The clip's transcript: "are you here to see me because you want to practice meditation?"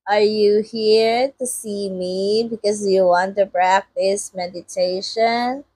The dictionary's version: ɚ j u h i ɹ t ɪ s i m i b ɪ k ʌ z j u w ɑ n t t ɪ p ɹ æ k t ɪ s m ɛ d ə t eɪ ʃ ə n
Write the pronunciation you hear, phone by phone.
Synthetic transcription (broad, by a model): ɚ j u h i ɹ t ɪ s i m i b ɪ k ʌ z j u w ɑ n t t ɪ b ɹ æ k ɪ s m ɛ d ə t eɪ ʃ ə n